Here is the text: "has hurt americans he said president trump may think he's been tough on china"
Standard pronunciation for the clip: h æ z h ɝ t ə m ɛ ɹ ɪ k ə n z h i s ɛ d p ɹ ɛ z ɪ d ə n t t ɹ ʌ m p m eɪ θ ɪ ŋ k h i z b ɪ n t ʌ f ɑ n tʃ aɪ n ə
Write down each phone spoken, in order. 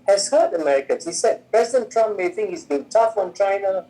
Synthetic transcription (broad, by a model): h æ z h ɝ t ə m ɛ ɹ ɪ k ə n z h i s ɛ d p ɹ ɛ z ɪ d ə n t t ɹ ʌ m p m eɪ θ ɪ ŋ k h i z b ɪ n t ʌ f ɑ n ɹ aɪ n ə